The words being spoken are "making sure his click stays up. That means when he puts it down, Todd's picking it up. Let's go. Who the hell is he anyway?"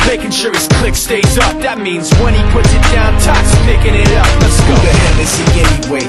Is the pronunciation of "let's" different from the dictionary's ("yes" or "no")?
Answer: yes